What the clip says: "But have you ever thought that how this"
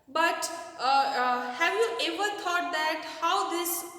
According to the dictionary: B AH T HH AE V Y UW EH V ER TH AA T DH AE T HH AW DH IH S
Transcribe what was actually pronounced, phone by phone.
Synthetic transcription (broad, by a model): B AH T HH AE V Y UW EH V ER T AA T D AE T HH AW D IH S